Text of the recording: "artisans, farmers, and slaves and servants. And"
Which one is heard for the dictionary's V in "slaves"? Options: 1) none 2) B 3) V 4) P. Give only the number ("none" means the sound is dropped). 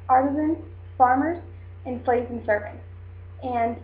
1